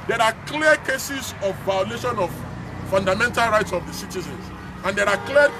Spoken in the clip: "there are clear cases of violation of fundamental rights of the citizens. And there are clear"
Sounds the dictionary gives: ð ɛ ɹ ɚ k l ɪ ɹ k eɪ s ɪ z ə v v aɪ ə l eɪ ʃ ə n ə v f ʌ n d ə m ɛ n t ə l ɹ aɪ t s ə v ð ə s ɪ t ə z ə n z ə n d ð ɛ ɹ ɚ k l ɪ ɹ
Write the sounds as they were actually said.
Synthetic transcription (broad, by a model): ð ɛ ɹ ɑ k l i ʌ k eɪ s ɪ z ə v v aɪ ə l eɪ ʃ ə n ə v f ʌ n d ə m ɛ n t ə l ɹ aɪ t s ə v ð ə s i t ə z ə n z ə n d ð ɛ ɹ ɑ k l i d